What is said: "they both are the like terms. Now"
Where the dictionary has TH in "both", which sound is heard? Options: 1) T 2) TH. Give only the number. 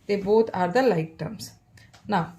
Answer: 1